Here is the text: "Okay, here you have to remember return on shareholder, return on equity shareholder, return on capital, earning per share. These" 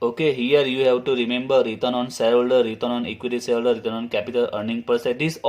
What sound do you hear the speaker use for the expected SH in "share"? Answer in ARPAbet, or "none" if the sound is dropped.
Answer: S